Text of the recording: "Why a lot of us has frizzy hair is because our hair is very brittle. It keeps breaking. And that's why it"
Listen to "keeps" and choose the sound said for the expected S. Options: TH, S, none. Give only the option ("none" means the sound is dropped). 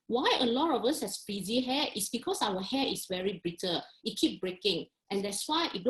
none